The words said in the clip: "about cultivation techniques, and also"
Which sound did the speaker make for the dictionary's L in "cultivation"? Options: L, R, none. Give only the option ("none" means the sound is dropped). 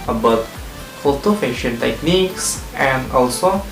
none